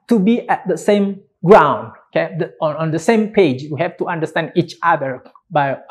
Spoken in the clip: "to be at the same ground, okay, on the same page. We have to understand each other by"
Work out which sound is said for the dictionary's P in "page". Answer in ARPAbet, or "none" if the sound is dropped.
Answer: P